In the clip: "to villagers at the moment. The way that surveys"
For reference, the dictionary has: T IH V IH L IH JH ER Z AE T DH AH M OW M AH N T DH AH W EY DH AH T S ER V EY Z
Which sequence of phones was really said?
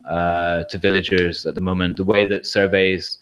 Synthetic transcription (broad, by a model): T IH V IH L IH JH ER Z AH T DH AH M OW M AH N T DH AH W EY DH AH T S ER V EY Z